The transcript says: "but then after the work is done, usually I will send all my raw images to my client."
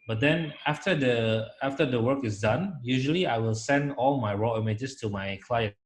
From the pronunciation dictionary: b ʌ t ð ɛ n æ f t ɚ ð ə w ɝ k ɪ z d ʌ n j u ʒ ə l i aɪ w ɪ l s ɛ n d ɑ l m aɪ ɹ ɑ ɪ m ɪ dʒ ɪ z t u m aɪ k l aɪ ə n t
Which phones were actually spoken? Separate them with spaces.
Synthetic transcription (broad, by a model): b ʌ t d ɛ n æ f t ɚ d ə w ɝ k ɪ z d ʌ n j u ʒ ə l i aɪ w ɪ l s ɛ n d ɑ l m aɪ ɹ ɑ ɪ m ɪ dʒ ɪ s t u m aɪ k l aɪ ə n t